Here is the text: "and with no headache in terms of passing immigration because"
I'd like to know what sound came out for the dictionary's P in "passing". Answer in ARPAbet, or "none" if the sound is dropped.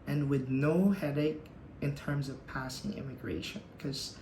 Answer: P